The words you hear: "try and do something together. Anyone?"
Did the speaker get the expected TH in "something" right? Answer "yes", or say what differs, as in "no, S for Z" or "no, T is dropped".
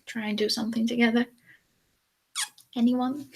yes